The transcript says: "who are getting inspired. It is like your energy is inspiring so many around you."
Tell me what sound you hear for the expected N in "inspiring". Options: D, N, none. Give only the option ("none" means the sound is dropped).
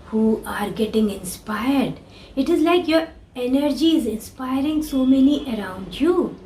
N